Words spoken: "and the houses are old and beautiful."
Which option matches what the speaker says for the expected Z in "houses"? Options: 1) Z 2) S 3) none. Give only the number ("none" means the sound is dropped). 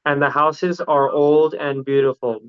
1